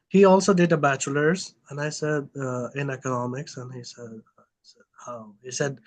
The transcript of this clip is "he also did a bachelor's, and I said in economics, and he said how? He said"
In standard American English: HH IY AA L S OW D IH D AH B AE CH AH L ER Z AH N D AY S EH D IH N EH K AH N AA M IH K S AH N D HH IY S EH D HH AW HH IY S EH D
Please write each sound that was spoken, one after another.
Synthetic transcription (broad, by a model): HH IY AA L S OW D IH D AH B AE CH AH L ER Z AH N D AY S EH D IH N EH K AH N AA M IH K S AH N HH IY S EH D HH AW HH IY S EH D